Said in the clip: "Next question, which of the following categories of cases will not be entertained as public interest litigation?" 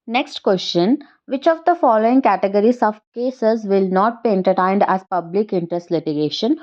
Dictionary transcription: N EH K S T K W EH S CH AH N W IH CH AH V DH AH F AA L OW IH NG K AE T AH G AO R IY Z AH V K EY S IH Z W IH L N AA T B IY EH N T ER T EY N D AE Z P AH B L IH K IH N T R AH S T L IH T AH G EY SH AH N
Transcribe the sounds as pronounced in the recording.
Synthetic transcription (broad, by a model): N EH K S T K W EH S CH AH N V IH CH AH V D AH F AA L OW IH NG K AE T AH G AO R IY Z AH V K EY S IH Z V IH L N AA T B IY EH N T ER T EY N D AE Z P AH B L IH K IH N T R AH S T L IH T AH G EY SH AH N